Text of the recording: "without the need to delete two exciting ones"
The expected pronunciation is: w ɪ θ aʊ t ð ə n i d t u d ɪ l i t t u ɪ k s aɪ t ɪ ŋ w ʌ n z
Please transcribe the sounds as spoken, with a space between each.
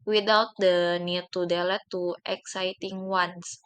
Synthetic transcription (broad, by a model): w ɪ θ aʊ t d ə n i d t u d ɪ l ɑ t t u ɪ k s aɪ t ɪ ŋ w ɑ n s